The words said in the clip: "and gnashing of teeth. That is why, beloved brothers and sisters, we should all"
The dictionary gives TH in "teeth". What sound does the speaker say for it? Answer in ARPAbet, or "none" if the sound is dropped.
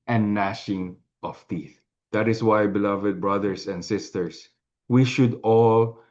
TH